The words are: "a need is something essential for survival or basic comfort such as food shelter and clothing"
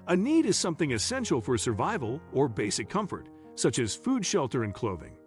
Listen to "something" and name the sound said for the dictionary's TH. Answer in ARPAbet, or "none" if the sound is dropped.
TH